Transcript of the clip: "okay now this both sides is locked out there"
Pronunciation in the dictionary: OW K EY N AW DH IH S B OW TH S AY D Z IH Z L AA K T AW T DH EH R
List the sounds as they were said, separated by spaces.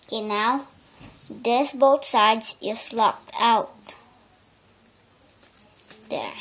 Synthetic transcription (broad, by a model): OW K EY N AW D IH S B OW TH S AY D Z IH S L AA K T AW T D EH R